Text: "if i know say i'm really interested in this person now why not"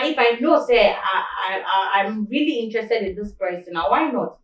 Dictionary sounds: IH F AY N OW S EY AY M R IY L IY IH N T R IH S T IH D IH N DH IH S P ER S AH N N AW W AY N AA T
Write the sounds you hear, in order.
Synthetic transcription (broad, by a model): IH F AY N OW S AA AY M R IY L IY IH N T R IH S T IH D IH N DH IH S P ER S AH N N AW W AY N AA T